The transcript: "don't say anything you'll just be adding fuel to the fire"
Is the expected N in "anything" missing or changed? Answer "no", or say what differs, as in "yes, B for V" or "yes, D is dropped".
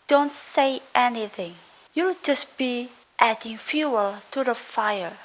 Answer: no